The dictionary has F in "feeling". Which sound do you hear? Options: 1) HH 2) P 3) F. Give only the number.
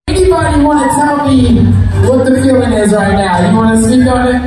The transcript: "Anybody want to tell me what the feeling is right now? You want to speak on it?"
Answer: 2